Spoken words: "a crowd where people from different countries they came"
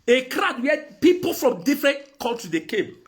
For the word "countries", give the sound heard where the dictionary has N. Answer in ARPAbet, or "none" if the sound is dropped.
L